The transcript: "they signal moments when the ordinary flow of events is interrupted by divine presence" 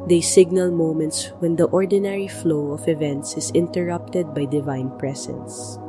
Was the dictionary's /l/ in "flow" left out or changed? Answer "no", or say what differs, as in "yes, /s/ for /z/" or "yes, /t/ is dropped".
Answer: no